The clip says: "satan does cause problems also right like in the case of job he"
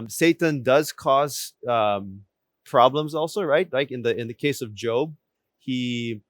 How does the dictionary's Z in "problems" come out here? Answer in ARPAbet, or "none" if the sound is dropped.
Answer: Z